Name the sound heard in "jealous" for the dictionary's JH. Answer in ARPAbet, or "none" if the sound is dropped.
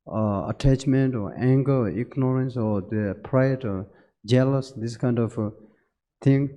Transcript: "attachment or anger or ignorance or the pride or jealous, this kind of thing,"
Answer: JH